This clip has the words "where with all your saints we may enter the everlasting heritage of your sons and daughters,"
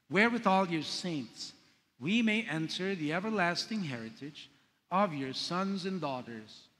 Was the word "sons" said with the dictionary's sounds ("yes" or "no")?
yes